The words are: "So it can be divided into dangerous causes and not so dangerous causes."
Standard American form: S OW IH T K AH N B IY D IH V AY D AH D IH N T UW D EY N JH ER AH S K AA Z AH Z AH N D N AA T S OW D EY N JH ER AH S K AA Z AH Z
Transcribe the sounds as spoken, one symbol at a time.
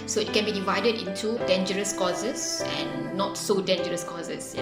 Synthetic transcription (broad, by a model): S OW IH T K AH N B IY D IH V AY D AH D IH N T UW D EY N JH ER AH S K AA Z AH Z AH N N AA T S OW D EY N JH ER AH S K AA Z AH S